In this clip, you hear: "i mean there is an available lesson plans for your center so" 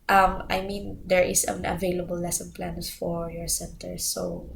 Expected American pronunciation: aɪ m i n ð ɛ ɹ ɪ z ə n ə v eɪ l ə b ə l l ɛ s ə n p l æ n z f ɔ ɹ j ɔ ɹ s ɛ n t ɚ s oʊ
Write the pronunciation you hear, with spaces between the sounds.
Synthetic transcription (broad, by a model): aɪ m i n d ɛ ɹ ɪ s ə n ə v eɪ l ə b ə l l ɛ s ə n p l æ n s f ɔ ɹ j ɔ ɹ s ɛ n t ɚ s oʊ